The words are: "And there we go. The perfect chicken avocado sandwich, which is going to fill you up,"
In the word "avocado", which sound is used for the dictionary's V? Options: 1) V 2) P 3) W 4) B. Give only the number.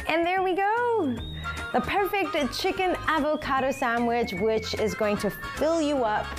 1